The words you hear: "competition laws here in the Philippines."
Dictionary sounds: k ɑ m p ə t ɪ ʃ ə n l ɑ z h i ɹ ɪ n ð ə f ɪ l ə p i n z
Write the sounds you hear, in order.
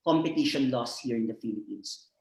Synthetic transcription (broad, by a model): k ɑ m p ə t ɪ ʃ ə n l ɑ s h i ɹ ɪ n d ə f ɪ l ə p i n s